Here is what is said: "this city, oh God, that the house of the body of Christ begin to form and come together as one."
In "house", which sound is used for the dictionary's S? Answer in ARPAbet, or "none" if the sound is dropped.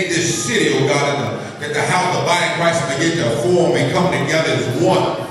none